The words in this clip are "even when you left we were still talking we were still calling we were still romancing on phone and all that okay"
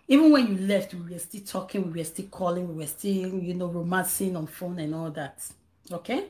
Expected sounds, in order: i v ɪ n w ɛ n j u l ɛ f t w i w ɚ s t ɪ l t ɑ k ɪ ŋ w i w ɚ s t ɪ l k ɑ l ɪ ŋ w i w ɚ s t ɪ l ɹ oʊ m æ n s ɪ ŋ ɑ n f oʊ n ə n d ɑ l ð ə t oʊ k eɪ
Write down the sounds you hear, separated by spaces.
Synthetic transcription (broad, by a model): i v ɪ n w ɛ n j u l ɛ f t w i w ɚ s t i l t ɑ k ɪ ŋ w i w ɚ s t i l k ɑ l ɪ ŋ w i w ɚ s t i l ɹ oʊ m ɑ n s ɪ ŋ ɑ n f oʊ n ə n ɑ l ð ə t oʊ k eɪ